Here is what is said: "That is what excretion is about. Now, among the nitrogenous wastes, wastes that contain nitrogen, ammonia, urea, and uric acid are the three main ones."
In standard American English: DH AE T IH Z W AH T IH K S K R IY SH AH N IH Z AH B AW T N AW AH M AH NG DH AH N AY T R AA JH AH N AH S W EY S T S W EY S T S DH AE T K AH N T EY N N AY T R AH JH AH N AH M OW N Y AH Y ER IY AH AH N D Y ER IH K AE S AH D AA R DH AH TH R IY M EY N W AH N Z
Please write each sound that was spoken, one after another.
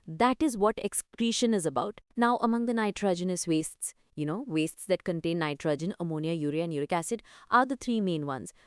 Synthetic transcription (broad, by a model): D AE T IH Z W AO T IH K S K R IY SH AH N IH Z AH B AW T N AW AH M AH NG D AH N AY T R AA JH AH N AH S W EY S T S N EY S T S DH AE T K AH N T EY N N AY T R AH JH AH N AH M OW N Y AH Y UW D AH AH N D Y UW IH K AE S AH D AA R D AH T R IY M EY N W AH N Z